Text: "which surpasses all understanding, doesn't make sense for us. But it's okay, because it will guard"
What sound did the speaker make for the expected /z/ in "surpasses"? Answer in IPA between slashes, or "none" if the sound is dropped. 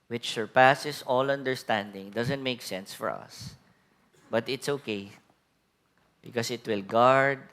/s/